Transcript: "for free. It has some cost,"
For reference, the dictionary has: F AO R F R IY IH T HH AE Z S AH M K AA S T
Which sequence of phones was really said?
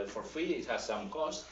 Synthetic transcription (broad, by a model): F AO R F IY IH T HH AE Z S AH M K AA S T